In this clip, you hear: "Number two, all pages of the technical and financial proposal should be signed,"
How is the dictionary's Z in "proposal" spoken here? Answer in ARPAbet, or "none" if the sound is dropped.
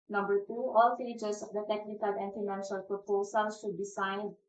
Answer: S